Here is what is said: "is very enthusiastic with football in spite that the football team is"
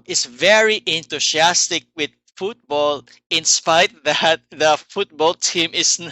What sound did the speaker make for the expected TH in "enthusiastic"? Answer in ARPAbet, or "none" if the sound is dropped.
T